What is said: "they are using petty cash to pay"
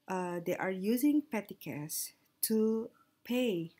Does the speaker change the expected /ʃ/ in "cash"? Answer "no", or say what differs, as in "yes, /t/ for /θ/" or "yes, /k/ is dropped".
yes, /s/ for /ʃ/